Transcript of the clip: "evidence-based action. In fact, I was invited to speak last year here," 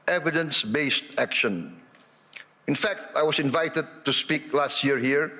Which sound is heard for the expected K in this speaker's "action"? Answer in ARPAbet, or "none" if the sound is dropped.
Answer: K